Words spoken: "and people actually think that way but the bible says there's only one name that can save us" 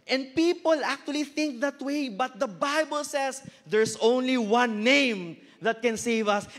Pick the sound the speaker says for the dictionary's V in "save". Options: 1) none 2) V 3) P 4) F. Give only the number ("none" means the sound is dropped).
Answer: 2